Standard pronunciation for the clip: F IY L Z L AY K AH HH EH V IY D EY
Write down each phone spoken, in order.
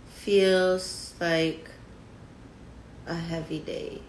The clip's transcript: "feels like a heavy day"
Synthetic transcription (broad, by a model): F IY L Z L AY K AH HH EH V IY D EY